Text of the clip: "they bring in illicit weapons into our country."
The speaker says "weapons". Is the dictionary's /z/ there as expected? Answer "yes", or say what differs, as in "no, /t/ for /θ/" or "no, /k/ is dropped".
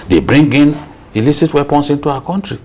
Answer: no, /s/ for /z/